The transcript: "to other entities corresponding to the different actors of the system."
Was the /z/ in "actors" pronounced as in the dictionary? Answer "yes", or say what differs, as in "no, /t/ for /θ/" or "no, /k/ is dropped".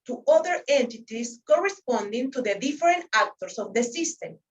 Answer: no, /s/ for /z/